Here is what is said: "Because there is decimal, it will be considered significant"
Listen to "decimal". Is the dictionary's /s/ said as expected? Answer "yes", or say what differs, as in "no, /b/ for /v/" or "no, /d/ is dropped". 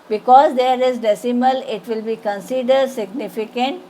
yes